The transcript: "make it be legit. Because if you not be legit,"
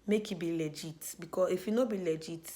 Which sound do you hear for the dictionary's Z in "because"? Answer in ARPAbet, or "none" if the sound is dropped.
none